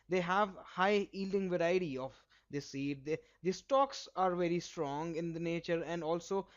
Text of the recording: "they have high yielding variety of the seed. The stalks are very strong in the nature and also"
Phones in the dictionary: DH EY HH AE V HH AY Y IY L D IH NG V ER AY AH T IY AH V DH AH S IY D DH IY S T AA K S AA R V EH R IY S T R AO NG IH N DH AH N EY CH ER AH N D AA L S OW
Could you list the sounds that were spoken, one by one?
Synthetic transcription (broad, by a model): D EY HH AE V HH AY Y IY L D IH NG V ER AY AH T IY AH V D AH S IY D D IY S T AA K S AA R V EH R IY S T R AO NG IH N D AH N EY CH ER AH N D AA L S OW